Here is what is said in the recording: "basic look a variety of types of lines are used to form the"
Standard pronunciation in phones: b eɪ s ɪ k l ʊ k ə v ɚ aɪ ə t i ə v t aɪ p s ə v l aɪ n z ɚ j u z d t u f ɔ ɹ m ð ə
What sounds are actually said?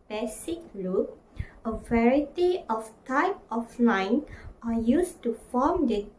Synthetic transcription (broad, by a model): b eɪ s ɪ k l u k ə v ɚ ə t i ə f t aɪ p ə f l aɪ n ɚ j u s t u f ɔ m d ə